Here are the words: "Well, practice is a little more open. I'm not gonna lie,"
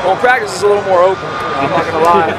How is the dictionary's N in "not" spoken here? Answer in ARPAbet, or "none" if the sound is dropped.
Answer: L